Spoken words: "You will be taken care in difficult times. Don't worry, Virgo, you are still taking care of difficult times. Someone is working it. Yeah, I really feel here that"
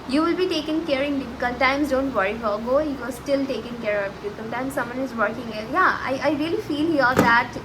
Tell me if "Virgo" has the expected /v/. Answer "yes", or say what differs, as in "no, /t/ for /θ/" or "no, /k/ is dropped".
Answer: no, /f/ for /v/